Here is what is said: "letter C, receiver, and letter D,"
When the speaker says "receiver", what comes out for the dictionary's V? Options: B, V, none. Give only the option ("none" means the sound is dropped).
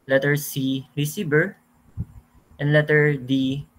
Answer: B